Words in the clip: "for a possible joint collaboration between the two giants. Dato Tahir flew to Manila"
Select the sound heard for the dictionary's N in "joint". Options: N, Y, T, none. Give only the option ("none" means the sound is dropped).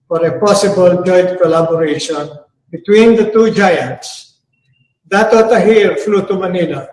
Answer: none